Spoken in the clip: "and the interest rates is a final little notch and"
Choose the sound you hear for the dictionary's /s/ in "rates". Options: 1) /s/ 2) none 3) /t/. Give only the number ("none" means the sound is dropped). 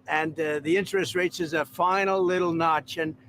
1